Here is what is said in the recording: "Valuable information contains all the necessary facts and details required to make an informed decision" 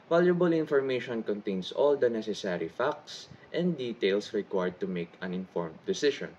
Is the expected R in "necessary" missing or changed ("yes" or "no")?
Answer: no